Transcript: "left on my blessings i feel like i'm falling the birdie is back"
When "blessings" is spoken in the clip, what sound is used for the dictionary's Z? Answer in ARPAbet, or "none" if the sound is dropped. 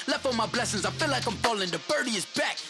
Z